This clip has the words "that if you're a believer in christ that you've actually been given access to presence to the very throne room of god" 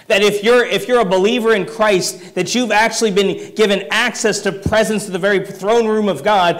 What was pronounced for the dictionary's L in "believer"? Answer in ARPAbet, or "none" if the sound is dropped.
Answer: L